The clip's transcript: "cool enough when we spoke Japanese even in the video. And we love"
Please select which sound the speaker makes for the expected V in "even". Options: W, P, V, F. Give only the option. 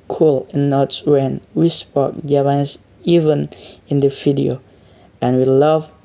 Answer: V